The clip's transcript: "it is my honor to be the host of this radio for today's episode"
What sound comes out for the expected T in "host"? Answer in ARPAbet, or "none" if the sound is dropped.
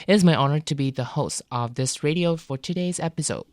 T